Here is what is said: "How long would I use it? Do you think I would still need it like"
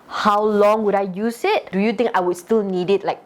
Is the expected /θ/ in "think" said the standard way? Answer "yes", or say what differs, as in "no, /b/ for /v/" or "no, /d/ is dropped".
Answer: no, /t/ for /θ/